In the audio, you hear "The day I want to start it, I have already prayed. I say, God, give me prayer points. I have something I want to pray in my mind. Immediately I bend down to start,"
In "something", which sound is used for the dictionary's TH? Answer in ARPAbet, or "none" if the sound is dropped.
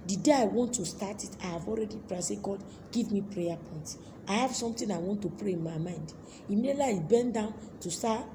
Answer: T